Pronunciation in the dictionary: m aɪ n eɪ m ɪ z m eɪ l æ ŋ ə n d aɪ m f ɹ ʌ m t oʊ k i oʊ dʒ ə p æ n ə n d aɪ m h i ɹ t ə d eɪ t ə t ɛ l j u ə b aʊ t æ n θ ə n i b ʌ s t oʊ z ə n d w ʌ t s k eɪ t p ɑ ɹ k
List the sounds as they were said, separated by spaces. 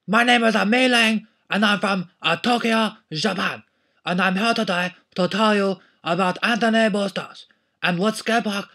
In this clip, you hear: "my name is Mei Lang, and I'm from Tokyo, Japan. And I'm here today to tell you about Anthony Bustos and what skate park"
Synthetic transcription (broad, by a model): m aɪ n eɪ m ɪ z m eɪ l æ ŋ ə n aɪ m f ɹ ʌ m t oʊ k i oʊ ʒ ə p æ n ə n aɪ m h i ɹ t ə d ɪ t ə t ɛ l j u ə b aʊ t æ n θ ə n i b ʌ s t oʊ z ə n w ʌ t s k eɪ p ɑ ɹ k